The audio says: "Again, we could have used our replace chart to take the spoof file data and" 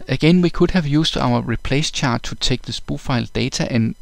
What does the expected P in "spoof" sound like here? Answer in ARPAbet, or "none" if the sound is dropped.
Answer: B